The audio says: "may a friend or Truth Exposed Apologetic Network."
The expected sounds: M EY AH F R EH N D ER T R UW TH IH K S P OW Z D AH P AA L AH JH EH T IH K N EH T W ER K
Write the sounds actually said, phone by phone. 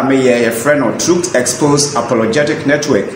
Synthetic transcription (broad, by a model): M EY AH F R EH N AO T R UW S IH K S P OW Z AH P AA L AH JH EH T IH K N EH T W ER K